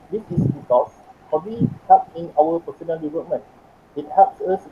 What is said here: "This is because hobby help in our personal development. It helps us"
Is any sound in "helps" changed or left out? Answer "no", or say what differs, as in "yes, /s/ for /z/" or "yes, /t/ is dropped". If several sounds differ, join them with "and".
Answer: yes, /l/ is dropped